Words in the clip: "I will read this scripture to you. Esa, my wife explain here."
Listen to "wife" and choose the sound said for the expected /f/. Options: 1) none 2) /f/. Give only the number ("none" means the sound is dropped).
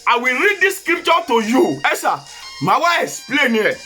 1